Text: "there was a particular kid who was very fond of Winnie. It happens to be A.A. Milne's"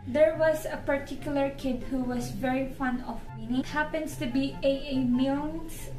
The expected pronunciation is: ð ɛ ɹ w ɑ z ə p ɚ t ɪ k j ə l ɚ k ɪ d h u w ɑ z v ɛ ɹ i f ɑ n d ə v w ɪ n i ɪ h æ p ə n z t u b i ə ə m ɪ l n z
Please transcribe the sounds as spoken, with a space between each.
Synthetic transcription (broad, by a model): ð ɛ ɹ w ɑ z ə p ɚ t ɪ k j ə l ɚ k ɪ d h u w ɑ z v ɛ ɹ i f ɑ n ə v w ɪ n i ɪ h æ p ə n s t u b i ə ə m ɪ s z